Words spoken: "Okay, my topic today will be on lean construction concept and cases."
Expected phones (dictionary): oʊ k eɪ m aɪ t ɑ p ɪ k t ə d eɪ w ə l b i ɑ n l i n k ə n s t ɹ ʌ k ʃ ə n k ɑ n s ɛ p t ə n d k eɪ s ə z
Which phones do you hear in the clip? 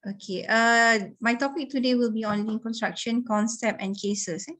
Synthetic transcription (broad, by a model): oʊ k eɪ m aɪ t ɑ p ɪ k t ə d eɪ w ə l b i ɑ n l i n k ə n s t ɹ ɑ k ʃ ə n k ɑ n s ɛ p ə n k eɪ s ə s